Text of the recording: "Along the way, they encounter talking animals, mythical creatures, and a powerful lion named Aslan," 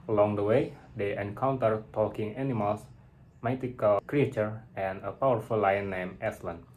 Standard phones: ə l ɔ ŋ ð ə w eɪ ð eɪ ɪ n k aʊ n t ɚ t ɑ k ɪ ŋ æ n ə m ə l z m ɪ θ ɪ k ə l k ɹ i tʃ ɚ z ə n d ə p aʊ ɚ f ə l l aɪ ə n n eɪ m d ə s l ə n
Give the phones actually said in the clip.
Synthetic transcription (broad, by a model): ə l ɔ ŋ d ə w eɪ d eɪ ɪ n k aʊ n t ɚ t ɑ k ɪ ŋ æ n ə m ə l s m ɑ t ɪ k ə l k ɹ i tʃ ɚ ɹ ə n ə p aʊ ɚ f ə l l aɪ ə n n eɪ m ə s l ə n